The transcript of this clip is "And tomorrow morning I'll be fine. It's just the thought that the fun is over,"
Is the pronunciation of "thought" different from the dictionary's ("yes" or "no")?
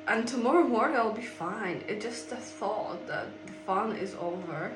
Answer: no